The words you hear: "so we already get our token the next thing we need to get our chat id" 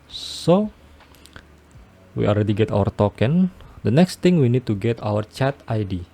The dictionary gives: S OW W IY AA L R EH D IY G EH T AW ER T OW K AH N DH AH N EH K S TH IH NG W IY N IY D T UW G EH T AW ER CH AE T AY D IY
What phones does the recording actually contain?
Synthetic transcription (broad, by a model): S OW W IY AA L R EH D IY G EH T AW ER T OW K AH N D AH N EH K S T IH NG W IY N IY D T UW G EH T AW ER CH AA T AY D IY